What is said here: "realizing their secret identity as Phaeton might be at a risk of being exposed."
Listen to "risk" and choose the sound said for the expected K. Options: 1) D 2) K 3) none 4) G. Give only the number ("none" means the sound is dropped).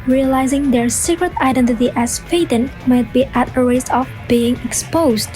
3